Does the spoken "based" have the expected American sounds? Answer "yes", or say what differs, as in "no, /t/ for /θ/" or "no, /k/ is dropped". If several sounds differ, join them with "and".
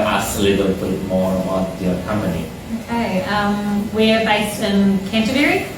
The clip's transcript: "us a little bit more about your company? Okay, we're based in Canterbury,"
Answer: yes